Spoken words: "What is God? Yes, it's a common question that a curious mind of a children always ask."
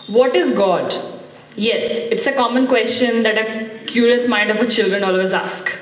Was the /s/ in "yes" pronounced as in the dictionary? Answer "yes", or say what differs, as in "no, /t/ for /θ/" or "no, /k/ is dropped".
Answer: yes